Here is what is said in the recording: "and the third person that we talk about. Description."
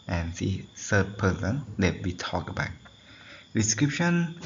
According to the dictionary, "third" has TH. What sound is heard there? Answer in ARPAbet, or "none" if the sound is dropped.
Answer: S